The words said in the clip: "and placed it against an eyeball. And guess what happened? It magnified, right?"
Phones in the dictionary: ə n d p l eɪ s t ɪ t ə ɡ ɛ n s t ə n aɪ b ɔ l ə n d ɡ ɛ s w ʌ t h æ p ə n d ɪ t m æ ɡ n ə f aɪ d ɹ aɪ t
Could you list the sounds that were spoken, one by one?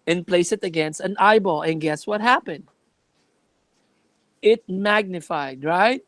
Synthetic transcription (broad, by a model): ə n p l eɪ s ɪ t ə ɡ ɛ n s t ə n aɪ b ɔ l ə n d ɡ ɛ s w ʌ t h æ p ə n d ɪ t m æ ɡ n ə f aɪ d ɹ aɪ t